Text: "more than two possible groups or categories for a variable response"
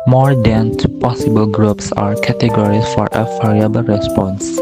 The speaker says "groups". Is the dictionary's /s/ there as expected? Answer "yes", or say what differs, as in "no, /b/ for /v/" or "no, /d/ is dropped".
yes